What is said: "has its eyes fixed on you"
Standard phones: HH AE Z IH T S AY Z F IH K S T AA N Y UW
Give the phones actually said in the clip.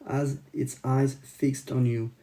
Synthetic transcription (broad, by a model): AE Z IH T S AY Z F IH K S T N Y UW